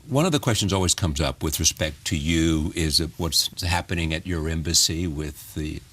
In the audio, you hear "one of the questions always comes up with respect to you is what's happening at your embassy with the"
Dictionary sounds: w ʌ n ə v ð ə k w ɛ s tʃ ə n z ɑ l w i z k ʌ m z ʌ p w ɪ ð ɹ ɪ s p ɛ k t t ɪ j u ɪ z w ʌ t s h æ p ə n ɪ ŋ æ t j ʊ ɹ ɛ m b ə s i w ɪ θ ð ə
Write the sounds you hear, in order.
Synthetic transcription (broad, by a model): w ʌ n ə v ð ə k w ɛ s tʃ ə n z ɑ l w i z k ʌ m z ʌ p w ɪ ð ɹ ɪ s p ɛ k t t ɪ j u ɪ z w ʌ t s h æ p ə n ɪ ŋ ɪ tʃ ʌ ɹ ɛ m b ə s i w ɪ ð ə